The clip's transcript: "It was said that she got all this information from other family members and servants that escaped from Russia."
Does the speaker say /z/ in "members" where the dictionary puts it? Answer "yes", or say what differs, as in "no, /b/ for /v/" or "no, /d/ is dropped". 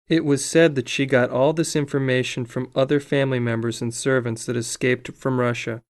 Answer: yes